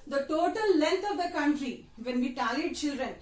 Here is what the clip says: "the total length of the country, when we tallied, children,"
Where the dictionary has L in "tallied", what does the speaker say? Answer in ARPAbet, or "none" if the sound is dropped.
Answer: none